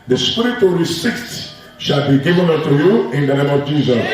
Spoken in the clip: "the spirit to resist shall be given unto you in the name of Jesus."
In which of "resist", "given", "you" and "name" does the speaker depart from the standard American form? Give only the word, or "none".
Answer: resist